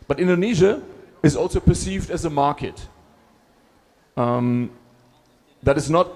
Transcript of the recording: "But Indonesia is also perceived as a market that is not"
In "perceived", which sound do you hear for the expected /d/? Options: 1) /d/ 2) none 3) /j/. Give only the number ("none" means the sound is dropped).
1